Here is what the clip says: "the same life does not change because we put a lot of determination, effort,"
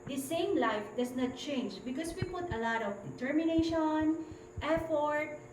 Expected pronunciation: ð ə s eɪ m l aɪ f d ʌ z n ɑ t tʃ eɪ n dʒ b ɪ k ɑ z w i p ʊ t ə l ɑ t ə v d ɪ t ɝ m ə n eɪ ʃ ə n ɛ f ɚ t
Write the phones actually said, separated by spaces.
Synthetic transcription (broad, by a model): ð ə s eɪ m l aɪ f d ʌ s n ɑ t tʃ eɪ n dʒ b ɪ k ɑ s w i p ʊ t ə l ɑ t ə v d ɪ t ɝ m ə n eɪ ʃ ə n ɛ f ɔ t